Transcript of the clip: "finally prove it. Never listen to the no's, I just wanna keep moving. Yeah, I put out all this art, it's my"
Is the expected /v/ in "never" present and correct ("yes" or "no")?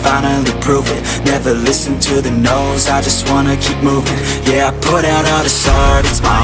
yes